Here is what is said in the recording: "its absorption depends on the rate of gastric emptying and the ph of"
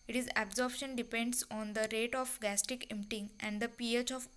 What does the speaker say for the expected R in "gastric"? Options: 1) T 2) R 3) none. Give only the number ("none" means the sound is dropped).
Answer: 3